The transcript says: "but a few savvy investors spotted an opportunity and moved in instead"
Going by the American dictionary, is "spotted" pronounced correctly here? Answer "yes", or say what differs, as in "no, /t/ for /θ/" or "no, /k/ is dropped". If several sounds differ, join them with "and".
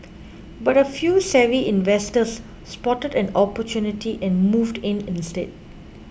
yes